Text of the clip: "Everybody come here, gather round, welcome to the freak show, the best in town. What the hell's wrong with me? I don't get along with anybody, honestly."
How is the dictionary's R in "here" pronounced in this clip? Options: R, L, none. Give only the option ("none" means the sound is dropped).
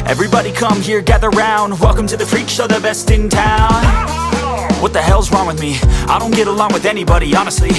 R